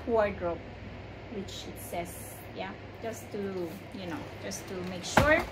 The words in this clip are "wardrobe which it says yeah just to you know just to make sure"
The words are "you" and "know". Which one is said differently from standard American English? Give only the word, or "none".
none